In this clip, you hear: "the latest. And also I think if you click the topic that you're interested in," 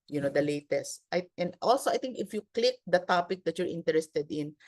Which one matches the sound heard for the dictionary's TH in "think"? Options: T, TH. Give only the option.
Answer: T